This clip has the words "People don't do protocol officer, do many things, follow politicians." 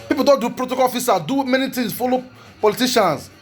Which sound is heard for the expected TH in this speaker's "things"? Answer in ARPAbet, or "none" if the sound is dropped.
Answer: T